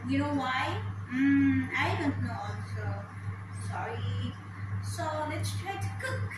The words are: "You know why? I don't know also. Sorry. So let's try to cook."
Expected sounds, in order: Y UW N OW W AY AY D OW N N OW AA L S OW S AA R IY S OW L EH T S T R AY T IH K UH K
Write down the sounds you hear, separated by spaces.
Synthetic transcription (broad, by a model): Y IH N OW W AY AY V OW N N OW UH S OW S AA R IY S OW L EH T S T R AY T IH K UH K